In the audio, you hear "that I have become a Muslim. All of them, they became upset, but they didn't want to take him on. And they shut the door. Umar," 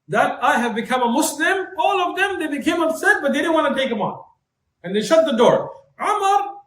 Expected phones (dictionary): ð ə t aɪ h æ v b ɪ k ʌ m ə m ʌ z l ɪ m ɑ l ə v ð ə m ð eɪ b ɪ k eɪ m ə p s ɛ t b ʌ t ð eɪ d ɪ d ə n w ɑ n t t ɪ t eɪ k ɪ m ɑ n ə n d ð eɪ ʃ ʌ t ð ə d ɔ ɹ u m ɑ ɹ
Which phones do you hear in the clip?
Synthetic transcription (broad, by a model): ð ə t aɪ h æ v b ɪ k ʌ m ə m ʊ s l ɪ m ɑ l ə v ð ə m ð eɪ b ɪ k eɪ m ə b s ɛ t b ʌ t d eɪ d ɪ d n w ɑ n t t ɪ t eɪ k ɪ m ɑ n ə n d ð eɪ ʃ ʌ t ð ə d ɔ ɹ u m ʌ ɹ